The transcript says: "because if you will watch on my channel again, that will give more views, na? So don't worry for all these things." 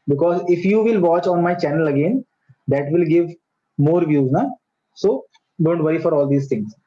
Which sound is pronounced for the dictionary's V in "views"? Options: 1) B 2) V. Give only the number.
2